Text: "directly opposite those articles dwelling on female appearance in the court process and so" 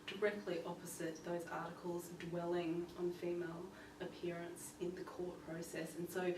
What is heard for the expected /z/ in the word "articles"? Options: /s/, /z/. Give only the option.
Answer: /z/